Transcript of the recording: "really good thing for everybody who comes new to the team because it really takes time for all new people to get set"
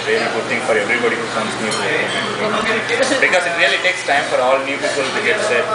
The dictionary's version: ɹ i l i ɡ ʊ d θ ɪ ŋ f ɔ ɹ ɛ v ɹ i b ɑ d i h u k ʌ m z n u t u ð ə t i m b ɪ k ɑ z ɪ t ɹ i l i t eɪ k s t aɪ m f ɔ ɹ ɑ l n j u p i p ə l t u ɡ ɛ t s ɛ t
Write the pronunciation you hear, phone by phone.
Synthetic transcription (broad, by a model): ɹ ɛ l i ɡ ʊ d t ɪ ŋ f ɔ ɹ ɛ v ɹ i b ɑ d i h u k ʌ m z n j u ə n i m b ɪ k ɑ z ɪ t ɹ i l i t eɪ k s t aɪ m f ɔ ɹ ɑ l n j u p i p ə l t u ɡ ɛ t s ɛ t